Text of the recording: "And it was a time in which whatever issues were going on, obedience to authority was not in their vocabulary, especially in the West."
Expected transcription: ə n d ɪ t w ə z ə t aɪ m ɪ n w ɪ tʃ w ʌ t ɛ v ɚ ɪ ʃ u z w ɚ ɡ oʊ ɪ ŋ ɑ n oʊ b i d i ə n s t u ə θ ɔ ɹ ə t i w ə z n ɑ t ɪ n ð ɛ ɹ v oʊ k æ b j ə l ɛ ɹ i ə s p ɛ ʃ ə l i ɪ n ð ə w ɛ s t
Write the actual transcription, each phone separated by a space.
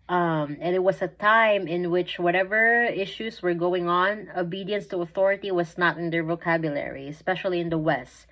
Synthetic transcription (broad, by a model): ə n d ɪ t w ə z ə t aɪ m ɪ n w ɪ tʃ w ʌ t ɛ v ɚ ɪ ʃ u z w ɚ ɡ oʊ ɪ ŋ ɑ n oʊ b i d i ə n s t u ə θ ɔ ɹ ə t i w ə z n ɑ t ɪ n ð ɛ ɹ v oʊ k æ b j ə l ɛ ɹ i ə s p ɛ ʃ ə l i ɪ n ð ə w ɛ s t